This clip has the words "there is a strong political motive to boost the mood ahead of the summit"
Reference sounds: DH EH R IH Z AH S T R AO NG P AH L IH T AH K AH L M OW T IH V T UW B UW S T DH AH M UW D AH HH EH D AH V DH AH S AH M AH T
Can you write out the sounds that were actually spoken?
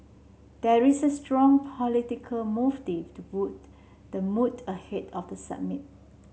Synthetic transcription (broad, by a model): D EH R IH S AH S T R AO NG P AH L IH T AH K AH L M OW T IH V T UW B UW T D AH M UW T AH HH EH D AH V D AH S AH M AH T